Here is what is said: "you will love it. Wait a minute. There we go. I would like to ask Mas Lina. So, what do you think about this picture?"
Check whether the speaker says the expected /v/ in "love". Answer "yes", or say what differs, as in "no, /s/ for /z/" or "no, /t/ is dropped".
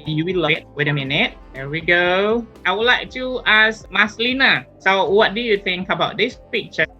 no, /v/ is dropped